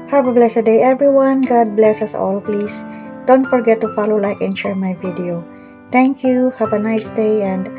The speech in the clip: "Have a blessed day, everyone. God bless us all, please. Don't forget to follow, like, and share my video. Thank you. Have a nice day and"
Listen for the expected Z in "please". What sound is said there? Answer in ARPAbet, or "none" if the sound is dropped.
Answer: S